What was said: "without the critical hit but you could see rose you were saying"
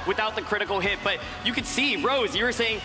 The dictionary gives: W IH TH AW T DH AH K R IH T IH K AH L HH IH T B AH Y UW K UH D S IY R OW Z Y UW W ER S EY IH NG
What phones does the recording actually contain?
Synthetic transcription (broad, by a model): W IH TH AW T DH AH K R IH T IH K L HH IH T B AH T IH K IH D S IY R OW Z Y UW W ER S EY IH NG